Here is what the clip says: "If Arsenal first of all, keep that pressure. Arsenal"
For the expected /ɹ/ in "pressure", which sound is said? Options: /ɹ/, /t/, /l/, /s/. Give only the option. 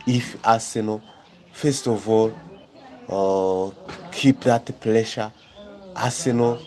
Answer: /l/